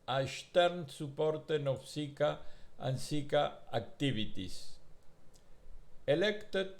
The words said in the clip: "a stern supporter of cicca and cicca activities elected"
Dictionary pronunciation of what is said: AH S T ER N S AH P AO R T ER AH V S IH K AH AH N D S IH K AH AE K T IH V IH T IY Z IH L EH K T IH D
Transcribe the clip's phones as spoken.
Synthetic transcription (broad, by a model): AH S T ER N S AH P AO R T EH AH F S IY K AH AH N S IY K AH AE K T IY B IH T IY S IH L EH K T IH